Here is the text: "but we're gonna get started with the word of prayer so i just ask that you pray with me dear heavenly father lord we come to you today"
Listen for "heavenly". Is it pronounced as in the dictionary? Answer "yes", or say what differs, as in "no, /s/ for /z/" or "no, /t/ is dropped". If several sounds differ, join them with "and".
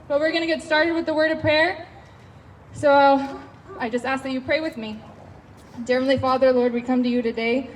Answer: no, /f/ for /v/